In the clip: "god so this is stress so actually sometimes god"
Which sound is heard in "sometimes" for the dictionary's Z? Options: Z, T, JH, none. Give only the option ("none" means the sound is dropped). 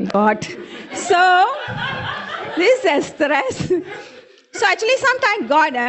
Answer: none